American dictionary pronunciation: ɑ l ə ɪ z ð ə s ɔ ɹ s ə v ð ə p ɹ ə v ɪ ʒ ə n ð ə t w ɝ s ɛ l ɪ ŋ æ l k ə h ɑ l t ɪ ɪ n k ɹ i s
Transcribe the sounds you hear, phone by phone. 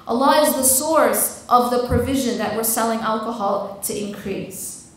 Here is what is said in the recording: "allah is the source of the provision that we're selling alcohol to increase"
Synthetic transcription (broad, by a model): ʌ l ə ɪ z ð ə s ɔ ɹ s ə v ð ə p ɹ ə v ɪ ʒ ə n ð ə t w ɝ s ɛ l ɪ ŋ æ l k ə h ɑ l t ɪ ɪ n k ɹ i s